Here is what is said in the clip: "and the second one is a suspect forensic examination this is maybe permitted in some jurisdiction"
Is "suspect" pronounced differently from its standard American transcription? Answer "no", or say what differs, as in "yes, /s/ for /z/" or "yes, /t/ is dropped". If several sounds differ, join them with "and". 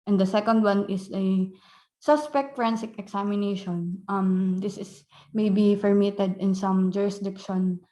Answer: no